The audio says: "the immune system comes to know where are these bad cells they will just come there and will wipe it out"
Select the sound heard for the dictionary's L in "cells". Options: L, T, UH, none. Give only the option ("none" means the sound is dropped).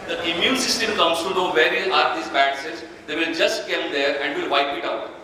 none